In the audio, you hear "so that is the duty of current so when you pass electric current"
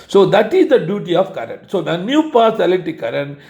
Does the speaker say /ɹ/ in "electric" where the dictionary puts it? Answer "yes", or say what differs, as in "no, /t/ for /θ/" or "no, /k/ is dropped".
no, /ɹ/ is dropped